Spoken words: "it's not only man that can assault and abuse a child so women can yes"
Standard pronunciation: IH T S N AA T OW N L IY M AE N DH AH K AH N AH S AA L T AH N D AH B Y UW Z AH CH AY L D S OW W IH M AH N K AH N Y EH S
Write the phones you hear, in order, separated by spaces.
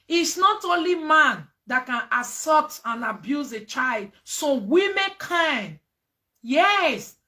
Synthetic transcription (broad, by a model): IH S N AA T OW N L IY M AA N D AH K AH N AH S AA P T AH N AH B Y UW Z AH CH AY L D S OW W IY M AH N K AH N Y EH S